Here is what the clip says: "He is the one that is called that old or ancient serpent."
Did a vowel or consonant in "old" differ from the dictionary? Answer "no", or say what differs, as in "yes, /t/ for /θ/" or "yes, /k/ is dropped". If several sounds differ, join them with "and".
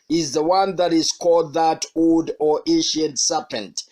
no